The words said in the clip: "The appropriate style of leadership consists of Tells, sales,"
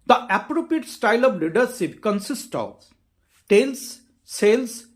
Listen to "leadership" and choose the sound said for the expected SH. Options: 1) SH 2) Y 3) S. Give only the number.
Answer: 3